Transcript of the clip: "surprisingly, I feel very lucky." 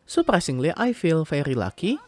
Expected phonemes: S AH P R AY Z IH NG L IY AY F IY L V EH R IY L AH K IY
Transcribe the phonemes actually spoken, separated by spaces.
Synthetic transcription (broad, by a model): S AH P R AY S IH NG L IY AY F IY L F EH R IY L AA K IY